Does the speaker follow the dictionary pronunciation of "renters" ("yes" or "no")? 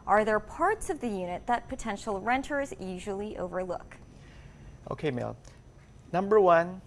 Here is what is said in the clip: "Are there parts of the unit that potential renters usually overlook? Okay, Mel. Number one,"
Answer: yes